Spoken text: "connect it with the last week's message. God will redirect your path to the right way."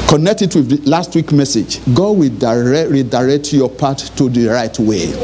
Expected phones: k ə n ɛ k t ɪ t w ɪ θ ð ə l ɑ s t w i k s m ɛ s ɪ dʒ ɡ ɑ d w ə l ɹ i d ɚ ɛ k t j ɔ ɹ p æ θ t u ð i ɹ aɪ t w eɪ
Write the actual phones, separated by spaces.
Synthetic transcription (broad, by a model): k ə n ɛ k t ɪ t w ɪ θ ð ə l ɑ s t w i k m ɛ s ɪ dʒ ɡ ɑ d w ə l ɹ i d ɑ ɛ k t j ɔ p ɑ t u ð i ɹ aɪ t w eɪ